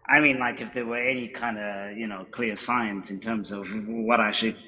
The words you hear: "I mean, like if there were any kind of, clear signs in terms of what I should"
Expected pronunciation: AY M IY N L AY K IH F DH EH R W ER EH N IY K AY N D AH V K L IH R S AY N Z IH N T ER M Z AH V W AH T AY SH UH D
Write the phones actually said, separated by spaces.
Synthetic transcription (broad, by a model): AY M IY N L AY K IH F DH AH R W ER EH N IY K AY N D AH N K L IH R S AY N S IH N T ER M Z AH V W AH T AY SH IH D